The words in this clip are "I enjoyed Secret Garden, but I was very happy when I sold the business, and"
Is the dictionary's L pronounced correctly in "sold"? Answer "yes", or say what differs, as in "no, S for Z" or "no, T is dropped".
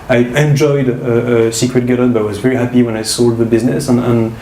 yes